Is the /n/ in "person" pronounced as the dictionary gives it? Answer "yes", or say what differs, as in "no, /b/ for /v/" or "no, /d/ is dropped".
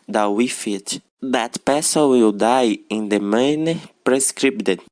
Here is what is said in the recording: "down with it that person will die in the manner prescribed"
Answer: no, /l/ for /n/